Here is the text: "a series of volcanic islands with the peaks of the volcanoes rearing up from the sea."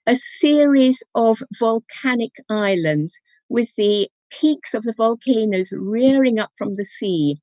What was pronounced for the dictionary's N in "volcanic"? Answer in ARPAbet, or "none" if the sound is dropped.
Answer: N